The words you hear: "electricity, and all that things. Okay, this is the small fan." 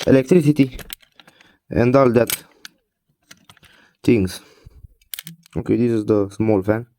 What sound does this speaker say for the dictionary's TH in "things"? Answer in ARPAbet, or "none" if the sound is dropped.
T